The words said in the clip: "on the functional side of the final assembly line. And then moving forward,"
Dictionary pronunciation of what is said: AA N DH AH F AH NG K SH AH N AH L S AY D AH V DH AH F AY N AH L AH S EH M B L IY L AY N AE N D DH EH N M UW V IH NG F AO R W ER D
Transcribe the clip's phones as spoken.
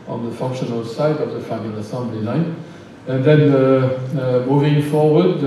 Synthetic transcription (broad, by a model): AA N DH AH F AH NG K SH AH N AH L S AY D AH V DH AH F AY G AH N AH S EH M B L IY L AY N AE N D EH N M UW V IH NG F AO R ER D